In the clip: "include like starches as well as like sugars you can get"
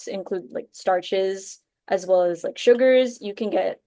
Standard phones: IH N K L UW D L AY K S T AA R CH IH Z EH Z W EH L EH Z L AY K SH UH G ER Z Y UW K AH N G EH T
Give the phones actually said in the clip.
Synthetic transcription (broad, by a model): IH N K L UW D L AY K S T AA R CH IH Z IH Z W EH L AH Z L AY K SH UH G ER Z Y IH K AH N G EH T